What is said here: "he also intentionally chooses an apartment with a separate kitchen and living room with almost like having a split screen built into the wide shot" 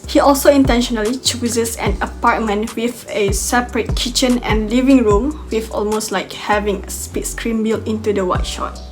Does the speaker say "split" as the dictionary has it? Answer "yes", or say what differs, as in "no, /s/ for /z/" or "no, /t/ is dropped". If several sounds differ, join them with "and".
no, /l/ is dropped